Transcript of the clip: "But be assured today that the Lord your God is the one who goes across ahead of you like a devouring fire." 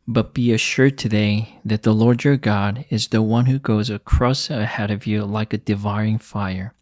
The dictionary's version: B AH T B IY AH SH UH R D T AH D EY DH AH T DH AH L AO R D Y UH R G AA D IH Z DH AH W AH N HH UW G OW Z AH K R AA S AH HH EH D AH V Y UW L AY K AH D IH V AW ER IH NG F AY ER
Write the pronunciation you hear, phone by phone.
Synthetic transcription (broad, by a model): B AH T B IY AH SH UH R D T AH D EY DH AH T DH AH L AO R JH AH R G AA D IH Z DH AH W AH N HH UW G OW Z AH K R AA S AH HH EH D AH V Y UW L AY K AH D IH V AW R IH NG F AY ER